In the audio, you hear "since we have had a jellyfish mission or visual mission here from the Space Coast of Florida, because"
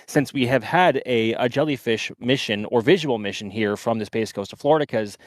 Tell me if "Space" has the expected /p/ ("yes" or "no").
no